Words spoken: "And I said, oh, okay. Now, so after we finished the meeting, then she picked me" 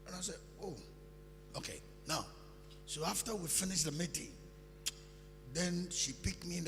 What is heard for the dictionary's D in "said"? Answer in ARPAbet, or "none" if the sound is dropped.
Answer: none